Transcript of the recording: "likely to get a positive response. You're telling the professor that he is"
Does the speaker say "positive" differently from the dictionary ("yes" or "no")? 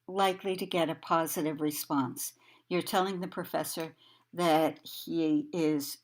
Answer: no